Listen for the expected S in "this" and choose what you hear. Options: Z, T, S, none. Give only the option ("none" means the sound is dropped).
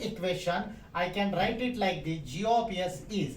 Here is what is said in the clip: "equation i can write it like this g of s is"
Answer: none